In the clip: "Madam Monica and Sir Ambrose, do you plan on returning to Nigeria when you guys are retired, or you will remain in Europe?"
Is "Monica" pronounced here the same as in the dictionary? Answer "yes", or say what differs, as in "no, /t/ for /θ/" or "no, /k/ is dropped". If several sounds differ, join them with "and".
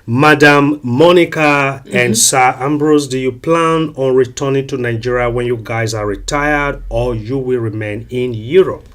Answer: yes